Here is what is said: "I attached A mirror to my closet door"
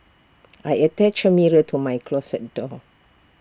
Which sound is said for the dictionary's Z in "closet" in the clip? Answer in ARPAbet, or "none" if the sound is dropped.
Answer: S